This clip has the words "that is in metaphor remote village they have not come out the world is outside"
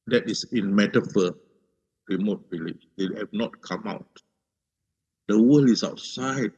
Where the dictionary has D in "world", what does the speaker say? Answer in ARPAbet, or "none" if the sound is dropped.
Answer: none